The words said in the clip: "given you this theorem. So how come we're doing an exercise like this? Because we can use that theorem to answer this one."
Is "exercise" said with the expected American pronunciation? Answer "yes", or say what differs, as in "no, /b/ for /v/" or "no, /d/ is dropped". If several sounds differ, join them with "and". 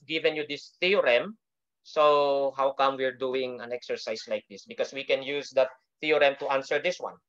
no, /s/ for /z/